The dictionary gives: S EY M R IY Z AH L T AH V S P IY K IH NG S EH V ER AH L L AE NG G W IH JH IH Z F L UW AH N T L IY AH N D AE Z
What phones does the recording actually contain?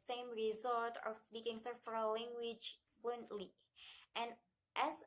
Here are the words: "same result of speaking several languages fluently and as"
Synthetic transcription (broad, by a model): S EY M R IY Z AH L T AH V S P IY K IH NG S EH F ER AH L L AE NG G W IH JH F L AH N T L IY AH N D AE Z